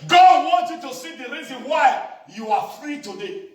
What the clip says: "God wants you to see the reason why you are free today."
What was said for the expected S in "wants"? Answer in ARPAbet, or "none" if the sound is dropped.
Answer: none